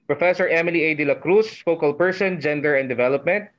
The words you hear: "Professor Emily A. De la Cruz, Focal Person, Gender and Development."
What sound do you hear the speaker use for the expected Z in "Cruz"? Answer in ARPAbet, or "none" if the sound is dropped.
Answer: S